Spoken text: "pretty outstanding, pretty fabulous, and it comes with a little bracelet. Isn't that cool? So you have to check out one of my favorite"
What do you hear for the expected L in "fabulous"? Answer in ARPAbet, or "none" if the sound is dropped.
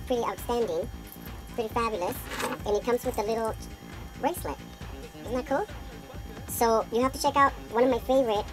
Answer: L